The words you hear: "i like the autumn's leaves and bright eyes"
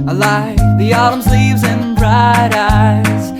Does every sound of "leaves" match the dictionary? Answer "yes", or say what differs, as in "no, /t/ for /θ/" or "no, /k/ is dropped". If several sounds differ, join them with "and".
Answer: yes